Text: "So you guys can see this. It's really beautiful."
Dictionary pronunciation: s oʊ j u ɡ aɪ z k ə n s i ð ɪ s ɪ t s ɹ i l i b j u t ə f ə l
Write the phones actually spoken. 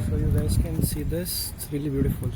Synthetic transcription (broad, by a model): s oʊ j u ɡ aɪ s k ə n s i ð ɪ s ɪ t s ɹ i l i b j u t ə f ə l